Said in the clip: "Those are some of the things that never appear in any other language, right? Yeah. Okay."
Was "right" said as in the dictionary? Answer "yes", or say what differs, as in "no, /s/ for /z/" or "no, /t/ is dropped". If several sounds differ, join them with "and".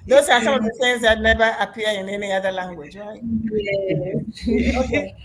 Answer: no, /w/ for /ɹ/